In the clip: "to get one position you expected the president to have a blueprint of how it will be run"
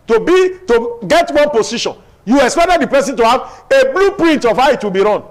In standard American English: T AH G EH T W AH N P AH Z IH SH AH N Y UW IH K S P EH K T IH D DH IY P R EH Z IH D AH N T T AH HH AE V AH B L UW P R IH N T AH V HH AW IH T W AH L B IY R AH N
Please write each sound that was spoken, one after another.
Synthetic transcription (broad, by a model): T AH G EH T W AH N P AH S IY SH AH N Y UW IH K S P EH K T IH D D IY P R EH S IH N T T AH HH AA V AH B L UW P R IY N T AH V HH AW IH T W AH L B IY R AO N